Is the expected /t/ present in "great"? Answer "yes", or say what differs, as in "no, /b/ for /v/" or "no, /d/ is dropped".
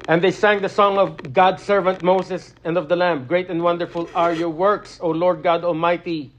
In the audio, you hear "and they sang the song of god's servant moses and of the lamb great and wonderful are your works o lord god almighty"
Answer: yes